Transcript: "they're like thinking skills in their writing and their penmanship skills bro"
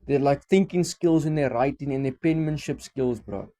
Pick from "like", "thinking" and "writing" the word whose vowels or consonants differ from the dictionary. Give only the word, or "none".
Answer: none